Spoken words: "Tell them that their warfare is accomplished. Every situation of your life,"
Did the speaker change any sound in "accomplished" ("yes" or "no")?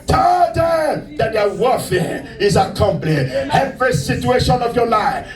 yes